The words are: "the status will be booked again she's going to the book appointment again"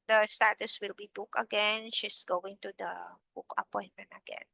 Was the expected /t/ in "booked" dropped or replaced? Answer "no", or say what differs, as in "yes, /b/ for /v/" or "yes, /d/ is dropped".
yes, /t/ is dropped